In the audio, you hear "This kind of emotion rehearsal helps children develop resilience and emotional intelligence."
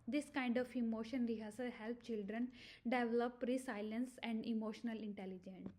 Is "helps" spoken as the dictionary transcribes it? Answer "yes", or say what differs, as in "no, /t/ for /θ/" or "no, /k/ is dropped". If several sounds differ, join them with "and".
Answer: no, /s/ is dropped